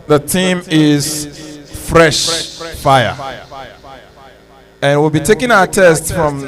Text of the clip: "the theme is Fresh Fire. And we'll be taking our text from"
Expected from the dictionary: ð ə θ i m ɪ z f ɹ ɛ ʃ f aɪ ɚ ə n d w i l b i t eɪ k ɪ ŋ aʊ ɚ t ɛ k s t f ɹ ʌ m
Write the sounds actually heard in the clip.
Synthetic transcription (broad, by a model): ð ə t i m ɪ z f ɹ ɛ ʃ f aɪ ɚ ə n w i l b i t eɪ k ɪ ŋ aʊ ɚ t ɛ s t f ɹ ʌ m